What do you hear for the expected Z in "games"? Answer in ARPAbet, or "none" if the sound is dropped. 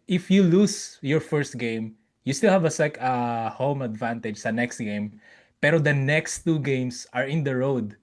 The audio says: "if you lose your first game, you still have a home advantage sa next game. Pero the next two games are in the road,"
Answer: S